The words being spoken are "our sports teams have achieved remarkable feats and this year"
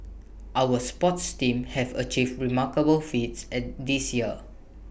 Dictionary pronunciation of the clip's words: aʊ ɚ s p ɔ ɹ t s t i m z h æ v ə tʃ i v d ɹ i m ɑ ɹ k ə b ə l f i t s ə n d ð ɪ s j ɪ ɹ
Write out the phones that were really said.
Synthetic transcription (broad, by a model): aʊ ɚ s p ɔ t s t i m h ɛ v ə tʃ i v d ɹ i m ɑ k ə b ə l f i t s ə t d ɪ s j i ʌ